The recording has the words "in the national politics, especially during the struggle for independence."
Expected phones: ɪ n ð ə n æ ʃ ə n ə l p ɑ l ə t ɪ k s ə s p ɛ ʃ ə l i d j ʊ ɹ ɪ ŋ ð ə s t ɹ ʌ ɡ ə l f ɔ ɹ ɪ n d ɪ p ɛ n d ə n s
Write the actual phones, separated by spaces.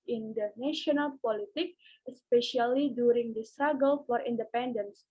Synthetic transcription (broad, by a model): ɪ n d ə n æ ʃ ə n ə l p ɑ l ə t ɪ k ə s p ɛ ʃ ə l i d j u ɹ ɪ ŋ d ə s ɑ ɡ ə l f ɔ ɹ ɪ n d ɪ p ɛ n d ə n s